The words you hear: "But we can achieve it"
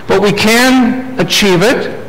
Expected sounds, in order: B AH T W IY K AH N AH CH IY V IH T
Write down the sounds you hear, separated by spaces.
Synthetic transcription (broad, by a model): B AH T W IY K AH N AH CH IY V IH T